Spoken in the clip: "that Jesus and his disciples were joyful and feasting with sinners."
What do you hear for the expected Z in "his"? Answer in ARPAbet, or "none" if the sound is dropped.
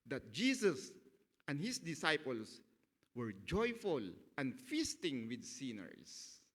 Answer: S